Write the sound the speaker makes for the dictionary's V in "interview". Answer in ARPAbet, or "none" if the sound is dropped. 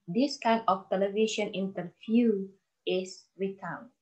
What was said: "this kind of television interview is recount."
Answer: F